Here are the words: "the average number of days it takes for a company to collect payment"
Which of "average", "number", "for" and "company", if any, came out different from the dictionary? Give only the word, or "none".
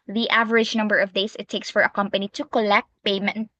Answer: none